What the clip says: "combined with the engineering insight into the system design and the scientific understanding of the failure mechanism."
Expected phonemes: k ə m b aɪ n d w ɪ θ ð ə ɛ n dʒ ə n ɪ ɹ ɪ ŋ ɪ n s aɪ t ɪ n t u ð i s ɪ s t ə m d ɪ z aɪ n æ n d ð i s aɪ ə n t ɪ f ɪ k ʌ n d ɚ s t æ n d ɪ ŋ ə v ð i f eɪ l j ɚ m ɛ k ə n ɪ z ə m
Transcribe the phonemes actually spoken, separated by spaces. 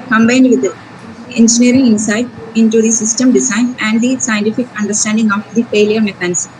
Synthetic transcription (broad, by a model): k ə m b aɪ n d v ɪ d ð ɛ n dʒ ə n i ɹ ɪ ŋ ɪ n s aɪ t ɪ n t u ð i s ɪ s t ə m d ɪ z aɪ n æ n d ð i s aɪ ə n t ɪ f ɪ k ʌ n d ɚ s t æ n d ɪ ŋ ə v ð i f eɪ l j ɚ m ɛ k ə n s